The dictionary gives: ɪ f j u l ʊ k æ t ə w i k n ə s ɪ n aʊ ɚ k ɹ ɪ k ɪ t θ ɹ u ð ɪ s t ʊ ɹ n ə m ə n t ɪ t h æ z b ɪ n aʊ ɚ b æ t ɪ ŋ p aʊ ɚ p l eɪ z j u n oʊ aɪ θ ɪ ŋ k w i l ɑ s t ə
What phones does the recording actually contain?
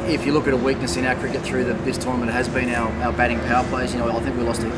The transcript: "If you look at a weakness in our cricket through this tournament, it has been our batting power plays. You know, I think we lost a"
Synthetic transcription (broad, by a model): ɪ f j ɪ l ʊ k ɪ t ə w i k n ə s ɪ n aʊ k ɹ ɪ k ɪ t θ ɹ u ð ɪ s t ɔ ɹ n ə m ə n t ɪ t h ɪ z b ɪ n aʊ ɚ b æ t ɪ ŋ p aʊ ɚ p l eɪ s j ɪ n oʊ aɪ θ ɪ ŋ k w i l ɑ s t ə